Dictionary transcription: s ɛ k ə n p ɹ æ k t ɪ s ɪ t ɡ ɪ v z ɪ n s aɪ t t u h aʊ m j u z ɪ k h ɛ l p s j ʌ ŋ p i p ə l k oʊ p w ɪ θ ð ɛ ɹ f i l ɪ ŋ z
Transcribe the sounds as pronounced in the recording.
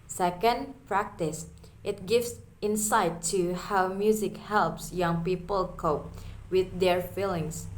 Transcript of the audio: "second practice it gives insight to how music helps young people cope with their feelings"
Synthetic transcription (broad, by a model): s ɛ k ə n p ɹ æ k t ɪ s ɪ t ɡ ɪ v s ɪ n s aɪ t t u h aʊ m j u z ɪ k h ɛ l p s j ʌ ŋ p i p ə l k oʊ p w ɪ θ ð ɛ ɹ f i l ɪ ŋ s